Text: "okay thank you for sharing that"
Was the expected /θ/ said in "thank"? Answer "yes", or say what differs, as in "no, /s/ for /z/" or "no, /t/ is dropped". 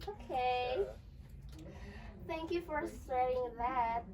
yes